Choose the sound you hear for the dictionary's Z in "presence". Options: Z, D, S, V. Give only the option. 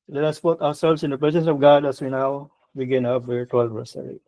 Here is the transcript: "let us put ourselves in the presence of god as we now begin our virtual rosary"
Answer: S